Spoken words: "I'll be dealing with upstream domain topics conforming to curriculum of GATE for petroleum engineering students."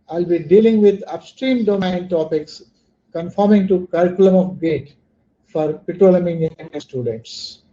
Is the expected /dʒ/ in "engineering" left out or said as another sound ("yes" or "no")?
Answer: yes